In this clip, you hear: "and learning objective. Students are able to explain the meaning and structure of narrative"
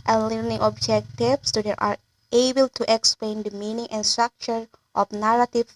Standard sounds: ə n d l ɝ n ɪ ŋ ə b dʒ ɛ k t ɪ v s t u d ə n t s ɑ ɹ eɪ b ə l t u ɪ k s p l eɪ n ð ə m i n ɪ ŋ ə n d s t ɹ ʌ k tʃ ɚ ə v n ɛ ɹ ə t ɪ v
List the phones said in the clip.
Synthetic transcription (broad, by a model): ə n l ɝ n ɪ ŋ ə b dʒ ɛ k t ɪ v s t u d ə t ɑ ɹ eɪ b ə l t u ɪ k s p l eɪ n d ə m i n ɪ ŋ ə n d s t ɹ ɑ k tʃ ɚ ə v n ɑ ɹ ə t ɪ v